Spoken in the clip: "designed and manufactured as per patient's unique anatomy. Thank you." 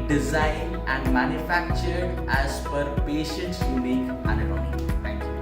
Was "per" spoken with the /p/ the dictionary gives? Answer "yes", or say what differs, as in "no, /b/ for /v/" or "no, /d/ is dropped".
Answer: no, /f/ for /p/